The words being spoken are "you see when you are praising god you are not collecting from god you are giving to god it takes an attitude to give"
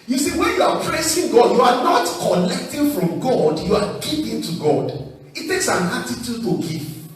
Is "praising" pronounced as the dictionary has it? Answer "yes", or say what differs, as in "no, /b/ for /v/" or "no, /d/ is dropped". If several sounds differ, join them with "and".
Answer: no, /s/ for /z/